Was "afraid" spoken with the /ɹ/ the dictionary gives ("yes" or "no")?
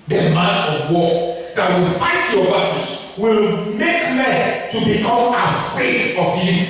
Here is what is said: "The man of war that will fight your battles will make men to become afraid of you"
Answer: no